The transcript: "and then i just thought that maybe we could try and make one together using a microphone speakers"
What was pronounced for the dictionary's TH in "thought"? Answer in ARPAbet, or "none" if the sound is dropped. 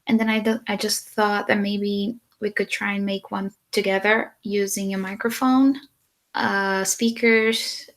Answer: TH